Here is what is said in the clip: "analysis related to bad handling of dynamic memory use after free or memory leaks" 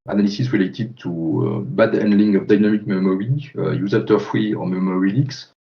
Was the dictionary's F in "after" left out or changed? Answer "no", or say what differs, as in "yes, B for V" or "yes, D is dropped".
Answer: yes, F is dropped